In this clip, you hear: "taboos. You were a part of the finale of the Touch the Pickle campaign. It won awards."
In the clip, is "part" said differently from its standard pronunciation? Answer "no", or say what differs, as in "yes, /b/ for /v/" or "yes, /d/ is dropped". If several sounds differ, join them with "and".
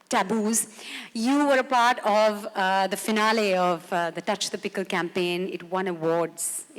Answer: no